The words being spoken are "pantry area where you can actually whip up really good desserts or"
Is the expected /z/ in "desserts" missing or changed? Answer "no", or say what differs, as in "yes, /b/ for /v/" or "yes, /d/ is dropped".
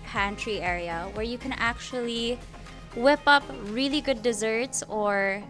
no